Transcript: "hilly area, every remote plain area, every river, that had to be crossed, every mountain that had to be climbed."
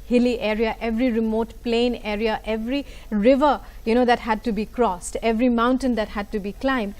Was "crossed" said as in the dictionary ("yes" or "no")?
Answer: yes